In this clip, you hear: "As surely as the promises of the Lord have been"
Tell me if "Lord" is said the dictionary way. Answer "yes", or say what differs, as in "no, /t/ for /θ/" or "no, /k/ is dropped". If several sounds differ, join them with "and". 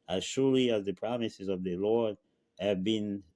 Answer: yes